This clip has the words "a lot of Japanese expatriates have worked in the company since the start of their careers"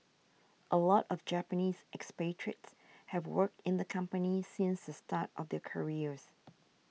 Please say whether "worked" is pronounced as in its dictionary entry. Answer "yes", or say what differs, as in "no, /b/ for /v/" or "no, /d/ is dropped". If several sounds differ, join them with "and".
yes